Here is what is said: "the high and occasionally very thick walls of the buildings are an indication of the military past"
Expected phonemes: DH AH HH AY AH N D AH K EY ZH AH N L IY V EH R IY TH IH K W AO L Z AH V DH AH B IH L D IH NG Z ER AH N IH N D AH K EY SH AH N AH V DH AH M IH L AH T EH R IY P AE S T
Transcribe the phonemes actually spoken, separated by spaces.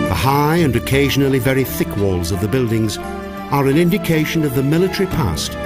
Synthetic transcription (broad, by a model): DH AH HH AY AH N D AH K EY ZH AH N L IY V EH R IY TH IH K W AO L Z AH V DH AH B IH L D IH NG Z ER AH N IH N D AH K EY SH AH N AH V DH AH M IH L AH T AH R IY P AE S T